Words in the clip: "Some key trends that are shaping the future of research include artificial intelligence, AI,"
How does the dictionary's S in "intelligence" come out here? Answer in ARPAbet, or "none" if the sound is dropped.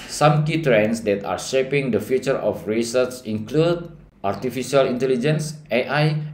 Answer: S